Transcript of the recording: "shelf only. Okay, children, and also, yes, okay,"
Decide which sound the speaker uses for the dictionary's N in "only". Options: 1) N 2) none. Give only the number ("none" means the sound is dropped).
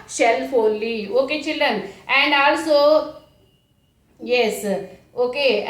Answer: 2